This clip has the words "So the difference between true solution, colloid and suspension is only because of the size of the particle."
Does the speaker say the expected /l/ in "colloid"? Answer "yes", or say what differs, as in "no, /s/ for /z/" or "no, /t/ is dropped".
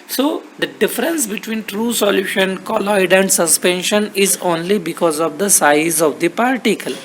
yes